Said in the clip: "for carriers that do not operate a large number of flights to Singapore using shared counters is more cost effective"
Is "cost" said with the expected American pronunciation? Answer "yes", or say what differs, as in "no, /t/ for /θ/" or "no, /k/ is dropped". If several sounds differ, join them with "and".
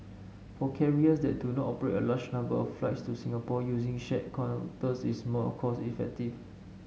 no, /t/ is dropped